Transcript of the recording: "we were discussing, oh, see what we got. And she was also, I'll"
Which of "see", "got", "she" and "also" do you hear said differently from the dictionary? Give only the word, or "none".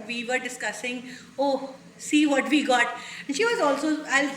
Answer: none